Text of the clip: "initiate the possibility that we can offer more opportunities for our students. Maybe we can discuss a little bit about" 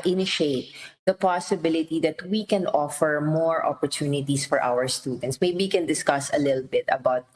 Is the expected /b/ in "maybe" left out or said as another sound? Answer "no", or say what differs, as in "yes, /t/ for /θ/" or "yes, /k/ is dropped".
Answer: yes, /b/ is dropped